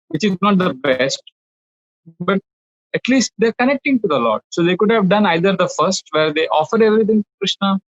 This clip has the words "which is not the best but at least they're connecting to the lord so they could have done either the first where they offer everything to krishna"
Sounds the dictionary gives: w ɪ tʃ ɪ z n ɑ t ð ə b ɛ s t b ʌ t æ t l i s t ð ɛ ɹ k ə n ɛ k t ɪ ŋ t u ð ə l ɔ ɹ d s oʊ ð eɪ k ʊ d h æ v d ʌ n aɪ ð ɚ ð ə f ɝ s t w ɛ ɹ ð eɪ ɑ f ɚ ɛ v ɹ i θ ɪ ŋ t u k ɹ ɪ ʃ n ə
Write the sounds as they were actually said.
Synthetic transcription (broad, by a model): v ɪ tʃ ɪ z n ɑ t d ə b ɛ s t b ʌ t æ t l i s t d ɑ ɹ k ə n ɛ k t ɪ ŋ t u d ə l ɔ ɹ d s oʊ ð eɪ k ʊ d h æ v d ʌ n aɪ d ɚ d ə f ɝ s t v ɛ ɹ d eɪ ɑ f ɚ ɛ v ɹ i t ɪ ŋ t u k ɹ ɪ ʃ n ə